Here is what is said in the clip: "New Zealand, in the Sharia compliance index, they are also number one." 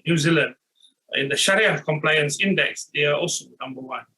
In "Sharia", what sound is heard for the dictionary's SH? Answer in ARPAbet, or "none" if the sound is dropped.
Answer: SH